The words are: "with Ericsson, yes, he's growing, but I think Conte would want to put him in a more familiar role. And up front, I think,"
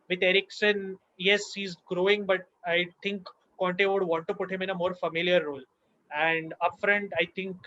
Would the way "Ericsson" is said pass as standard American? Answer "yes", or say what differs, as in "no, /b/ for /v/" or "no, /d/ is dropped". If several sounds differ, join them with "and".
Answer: yes